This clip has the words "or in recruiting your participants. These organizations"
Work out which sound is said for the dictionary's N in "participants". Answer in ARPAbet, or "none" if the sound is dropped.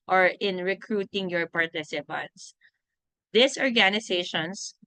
N